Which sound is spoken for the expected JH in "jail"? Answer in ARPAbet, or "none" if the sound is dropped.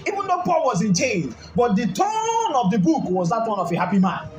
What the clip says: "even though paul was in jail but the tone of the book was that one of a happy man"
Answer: CH